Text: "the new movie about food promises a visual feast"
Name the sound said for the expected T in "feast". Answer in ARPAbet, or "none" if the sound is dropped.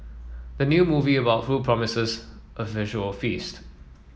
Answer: T